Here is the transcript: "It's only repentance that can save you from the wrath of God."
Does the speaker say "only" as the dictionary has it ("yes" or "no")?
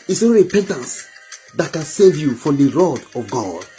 no